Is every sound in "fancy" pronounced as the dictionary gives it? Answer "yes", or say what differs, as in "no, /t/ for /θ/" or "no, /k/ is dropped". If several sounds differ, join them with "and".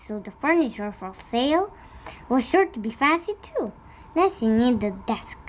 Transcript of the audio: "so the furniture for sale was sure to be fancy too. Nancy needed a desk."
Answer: no, /n/ is dropped